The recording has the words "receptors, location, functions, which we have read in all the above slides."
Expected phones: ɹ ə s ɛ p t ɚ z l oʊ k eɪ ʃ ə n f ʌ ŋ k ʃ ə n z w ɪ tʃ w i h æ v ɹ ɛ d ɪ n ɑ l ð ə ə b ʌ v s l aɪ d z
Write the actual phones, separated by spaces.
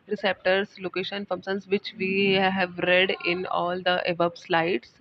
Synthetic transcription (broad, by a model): ɹ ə s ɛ p t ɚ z l oʊ k eɪ ʃ ə n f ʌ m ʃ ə n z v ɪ tʃ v i h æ v ɹ ɛ d ɪ n ɑ l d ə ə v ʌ b s l aɪ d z